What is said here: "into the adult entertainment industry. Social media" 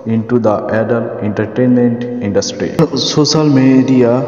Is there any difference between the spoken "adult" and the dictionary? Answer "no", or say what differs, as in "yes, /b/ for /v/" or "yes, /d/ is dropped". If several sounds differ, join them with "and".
yes, /t/ is dropped